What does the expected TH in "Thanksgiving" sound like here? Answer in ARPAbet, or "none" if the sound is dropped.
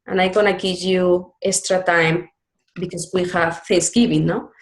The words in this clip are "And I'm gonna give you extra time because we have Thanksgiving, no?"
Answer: F